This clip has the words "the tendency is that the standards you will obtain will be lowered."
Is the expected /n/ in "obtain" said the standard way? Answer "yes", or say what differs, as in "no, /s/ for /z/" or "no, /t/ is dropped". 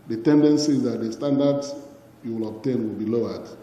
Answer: yes